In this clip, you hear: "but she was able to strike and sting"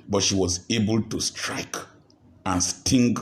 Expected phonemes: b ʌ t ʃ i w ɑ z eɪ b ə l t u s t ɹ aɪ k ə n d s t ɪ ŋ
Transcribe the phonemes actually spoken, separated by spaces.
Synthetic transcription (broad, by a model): b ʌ t ʃ i w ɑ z eɪ b ə l t u s t ɹ aɪ k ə n s t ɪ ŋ